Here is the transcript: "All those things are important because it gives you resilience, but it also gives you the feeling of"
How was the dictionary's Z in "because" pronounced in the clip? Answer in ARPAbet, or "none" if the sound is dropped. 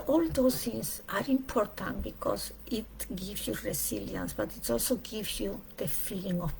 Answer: S